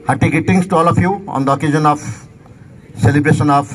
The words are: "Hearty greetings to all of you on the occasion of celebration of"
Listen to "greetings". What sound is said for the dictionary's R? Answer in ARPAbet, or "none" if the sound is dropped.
none